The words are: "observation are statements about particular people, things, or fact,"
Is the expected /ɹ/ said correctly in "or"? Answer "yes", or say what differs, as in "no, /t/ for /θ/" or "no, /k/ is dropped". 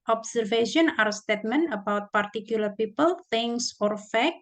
yes